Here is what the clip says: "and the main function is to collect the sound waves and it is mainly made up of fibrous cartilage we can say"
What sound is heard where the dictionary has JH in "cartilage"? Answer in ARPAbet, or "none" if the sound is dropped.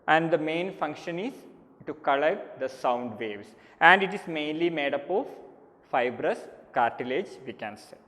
JH